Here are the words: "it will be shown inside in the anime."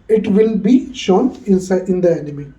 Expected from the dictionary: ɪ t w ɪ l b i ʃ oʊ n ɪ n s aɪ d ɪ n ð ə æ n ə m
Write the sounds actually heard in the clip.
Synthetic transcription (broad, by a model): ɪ t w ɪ l b i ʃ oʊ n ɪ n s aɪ ɪ n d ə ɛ n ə m